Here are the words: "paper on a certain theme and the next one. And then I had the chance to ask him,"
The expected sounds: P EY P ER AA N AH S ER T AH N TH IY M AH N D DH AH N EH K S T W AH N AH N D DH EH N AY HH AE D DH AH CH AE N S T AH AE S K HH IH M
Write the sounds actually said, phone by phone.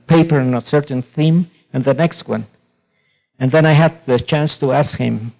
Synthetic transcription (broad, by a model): P EY P ER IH N AH S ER T N TH IY M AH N DH AH N EH K S T W AH N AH N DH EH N AY HH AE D DH AH CH AE N S T AH AE S K HH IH M